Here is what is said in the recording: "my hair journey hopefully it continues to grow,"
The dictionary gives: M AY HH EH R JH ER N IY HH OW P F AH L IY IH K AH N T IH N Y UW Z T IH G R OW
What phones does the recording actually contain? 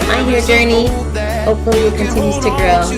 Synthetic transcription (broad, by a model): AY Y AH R JH ER N IY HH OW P AH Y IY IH K AH N T IH N Y UW Z T IH G R OW